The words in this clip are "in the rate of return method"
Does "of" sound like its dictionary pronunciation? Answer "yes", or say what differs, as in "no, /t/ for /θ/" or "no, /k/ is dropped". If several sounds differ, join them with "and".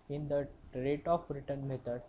no, /b/ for /v/